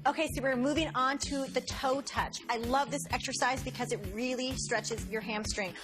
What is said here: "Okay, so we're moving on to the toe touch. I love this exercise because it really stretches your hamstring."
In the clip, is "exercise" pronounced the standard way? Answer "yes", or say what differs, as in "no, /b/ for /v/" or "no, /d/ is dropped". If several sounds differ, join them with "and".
yes